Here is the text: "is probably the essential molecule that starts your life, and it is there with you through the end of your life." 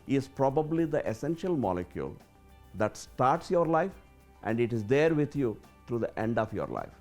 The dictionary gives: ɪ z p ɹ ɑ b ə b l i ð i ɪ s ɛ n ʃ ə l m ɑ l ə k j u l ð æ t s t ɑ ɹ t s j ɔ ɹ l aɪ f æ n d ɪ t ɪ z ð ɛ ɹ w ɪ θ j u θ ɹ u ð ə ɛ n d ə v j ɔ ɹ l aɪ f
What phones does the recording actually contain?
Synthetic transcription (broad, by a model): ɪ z p ɹ ɑ b ə b l i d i ɪ s ɛ n ʃ ə l m ɑ l ə k j u l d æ t s t ɑ ɹ t s j ɔ ɹ l aɪ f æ n d ɪ t ɪ z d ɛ ɹ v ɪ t j u t ɹ u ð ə ɛ n d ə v j ɔ ɹ l aɪ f